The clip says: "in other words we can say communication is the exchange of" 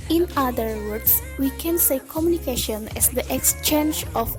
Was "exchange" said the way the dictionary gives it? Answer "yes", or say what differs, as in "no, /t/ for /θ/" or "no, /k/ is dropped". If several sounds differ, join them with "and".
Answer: yes